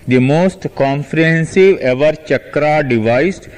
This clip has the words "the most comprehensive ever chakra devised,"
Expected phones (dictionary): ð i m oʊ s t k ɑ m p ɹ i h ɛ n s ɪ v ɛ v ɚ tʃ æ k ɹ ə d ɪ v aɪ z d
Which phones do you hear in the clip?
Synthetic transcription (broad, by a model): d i m oʊ s t k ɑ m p ɹ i h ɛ n s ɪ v ɛ v ɚ tʃ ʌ k ɹ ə d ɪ v aɪ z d